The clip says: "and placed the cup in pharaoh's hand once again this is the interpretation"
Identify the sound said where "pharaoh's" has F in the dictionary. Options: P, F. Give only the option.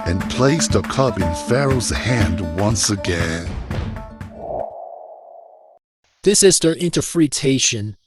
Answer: F